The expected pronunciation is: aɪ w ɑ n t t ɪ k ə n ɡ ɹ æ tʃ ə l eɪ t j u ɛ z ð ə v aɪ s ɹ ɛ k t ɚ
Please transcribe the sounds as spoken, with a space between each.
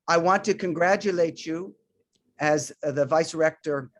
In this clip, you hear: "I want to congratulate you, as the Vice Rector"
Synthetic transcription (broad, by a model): aɪ w ɑ n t t ɪ k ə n ɡ ɹ æ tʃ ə l eɪ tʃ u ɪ z ð ə v aɪ s ɹ ɛ k t ɚ